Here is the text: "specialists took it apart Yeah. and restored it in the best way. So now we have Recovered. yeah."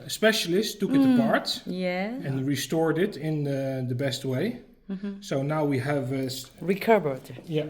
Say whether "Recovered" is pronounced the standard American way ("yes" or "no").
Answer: no